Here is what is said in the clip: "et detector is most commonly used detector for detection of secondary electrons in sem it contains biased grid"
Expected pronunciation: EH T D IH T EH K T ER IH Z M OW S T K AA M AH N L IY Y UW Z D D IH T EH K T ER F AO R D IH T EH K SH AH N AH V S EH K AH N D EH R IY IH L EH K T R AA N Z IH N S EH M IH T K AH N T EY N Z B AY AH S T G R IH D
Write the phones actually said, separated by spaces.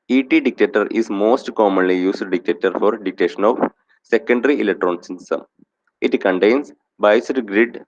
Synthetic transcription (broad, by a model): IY T D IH T EH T T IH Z M OW S T K AA M AH N L IY Y UW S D D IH T EH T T F AO R D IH T EH SH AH N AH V S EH K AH N D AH R IY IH L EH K T R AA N S IH N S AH M IH T K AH N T EY N S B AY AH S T G R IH D